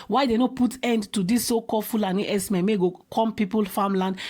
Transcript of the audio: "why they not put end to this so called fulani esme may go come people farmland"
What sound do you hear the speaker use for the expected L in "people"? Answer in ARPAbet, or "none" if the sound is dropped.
L